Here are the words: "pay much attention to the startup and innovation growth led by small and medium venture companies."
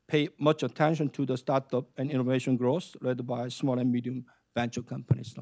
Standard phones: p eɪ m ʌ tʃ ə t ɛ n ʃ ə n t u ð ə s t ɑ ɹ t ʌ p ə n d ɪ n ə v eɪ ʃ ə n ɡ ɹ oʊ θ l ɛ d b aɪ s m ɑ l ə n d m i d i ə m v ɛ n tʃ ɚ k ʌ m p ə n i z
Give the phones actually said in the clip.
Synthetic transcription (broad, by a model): p eɪ m ʌ tʃ ə t ɛ n ʃ ə n t u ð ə s t ɑ ɹ t ʌ p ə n ɪ n ə v eɪ ʃ ə n ɡ ɹ oʊ s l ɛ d b aɪ s m ɑ l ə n m i d i ə m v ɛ n tʃ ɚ k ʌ m p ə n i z